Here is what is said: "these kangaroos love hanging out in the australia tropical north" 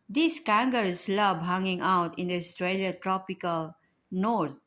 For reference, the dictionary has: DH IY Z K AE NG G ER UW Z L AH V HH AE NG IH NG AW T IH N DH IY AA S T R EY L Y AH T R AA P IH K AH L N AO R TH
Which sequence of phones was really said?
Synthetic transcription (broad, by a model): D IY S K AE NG G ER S L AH B HH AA NG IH NG AW T IH N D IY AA S T R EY L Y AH T R AA P IH K AH L N AO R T